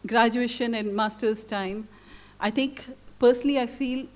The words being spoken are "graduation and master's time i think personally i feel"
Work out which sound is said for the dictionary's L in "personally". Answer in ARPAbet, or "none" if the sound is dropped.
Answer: L